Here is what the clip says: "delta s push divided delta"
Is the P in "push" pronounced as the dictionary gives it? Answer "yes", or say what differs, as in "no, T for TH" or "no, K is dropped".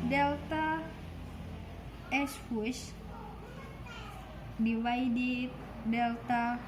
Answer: no, F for P